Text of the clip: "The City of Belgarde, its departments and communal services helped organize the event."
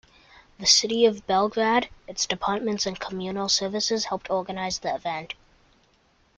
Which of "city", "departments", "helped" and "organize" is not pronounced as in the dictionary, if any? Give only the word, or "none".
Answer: none